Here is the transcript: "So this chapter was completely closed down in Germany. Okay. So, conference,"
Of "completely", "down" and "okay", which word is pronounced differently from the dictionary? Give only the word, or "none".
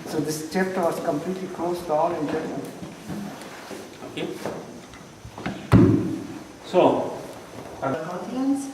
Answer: down